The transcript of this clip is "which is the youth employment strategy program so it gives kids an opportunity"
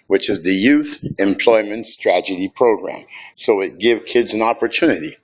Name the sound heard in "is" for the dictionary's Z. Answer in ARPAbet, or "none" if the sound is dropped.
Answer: Z